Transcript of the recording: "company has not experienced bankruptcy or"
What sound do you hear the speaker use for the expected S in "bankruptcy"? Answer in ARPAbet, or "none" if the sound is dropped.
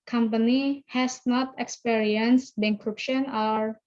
SH